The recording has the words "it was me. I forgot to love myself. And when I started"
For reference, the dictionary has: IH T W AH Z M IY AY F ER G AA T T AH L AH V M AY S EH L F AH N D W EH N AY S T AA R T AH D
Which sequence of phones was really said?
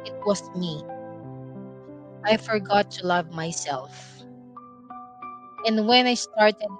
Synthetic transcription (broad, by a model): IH T W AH S M IY AY F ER G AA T T AH L AH V M AY S EH L F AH N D W EH N AY S T AA R T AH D